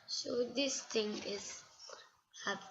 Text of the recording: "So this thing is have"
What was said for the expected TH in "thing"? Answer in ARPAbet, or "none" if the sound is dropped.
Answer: T